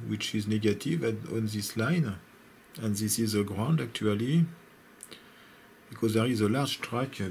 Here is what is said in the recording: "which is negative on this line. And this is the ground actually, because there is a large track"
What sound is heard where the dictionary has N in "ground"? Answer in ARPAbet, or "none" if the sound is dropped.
N